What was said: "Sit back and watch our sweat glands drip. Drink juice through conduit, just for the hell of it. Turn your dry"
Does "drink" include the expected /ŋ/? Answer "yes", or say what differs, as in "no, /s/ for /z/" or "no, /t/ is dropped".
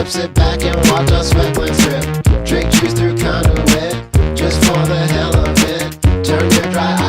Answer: no, /ŋ/ is dropped